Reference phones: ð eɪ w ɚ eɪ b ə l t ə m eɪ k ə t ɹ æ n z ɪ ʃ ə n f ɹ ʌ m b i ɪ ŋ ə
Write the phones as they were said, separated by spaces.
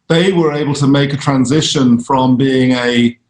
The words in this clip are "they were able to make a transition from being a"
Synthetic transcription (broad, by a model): ð eɪ w ɚ eɪ b ə l t ə m eɪ k ə t ɹ æ n z ɪ ʃ ə n f ɹ ʌ m b i ɪ ŋ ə